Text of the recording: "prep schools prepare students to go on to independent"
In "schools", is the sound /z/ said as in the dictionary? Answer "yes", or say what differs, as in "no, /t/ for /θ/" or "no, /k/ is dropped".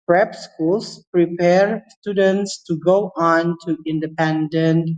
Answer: no, /s/ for /z/